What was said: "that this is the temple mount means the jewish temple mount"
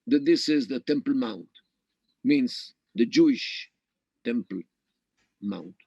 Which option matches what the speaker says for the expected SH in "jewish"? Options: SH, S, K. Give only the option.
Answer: SH